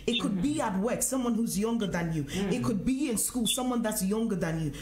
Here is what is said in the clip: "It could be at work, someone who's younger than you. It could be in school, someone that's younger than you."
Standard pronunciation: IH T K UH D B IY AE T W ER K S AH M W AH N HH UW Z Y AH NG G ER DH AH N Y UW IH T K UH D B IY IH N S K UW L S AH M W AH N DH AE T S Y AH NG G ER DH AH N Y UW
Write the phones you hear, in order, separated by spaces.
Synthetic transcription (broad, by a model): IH T K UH D B IY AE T W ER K S AH M W AH N HH UW Z Y AH NG G ER DH AH N Y UW IH T K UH D B IY IH N S K UW L S AH M W AH N DH AE T S Y AH NG G ER DH AH N Y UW